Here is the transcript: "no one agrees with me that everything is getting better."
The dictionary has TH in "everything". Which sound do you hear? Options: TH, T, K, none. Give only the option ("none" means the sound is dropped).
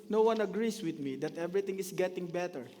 T